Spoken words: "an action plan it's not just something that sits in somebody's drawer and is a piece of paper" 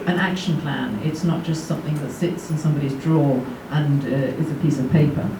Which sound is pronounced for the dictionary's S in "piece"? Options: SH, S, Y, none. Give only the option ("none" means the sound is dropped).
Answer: S